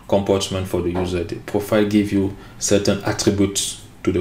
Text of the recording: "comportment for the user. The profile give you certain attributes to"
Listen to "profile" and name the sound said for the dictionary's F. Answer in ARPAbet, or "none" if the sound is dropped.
F